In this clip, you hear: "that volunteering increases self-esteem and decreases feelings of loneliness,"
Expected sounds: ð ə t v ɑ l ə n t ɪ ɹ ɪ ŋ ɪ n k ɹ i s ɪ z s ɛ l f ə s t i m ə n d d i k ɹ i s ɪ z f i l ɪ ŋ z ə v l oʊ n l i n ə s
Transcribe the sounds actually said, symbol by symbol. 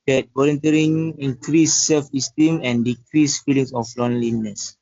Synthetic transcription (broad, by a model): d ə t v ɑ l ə n t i ɹ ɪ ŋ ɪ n k ɹ i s s ɛ l f ə s t i m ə n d d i k ɹ i s f i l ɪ ŋ s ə f l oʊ n l i n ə s